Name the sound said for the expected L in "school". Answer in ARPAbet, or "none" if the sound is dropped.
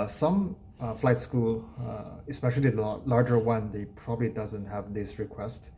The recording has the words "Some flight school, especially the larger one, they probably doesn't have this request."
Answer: L